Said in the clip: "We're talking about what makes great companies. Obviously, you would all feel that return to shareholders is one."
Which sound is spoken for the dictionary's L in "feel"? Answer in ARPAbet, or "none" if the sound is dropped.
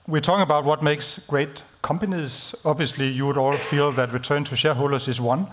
L